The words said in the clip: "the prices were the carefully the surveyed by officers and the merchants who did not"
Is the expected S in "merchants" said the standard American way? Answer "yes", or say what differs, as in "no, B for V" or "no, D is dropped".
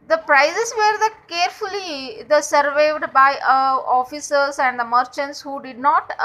yes